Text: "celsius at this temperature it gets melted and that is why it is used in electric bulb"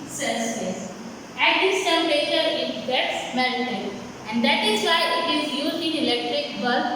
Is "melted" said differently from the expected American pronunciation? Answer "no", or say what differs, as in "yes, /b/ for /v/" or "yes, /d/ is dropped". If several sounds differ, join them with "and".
yes, /d/ is dropped